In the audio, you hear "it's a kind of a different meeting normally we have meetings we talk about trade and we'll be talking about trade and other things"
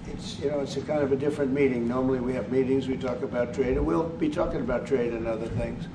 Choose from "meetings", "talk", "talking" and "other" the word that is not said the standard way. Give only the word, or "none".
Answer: none